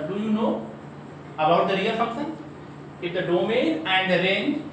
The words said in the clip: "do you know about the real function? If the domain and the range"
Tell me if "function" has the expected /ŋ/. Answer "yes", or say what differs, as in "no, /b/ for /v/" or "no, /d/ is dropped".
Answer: no, /ŋ/ is dropped